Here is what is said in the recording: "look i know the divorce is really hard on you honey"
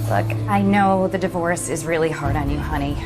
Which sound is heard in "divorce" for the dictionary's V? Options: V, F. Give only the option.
V